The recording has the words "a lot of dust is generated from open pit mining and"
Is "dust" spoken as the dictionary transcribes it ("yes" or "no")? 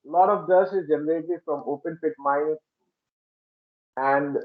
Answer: no